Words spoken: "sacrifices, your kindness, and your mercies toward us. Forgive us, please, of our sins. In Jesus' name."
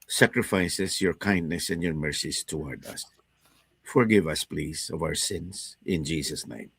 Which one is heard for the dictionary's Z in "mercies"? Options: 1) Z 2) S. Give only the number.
2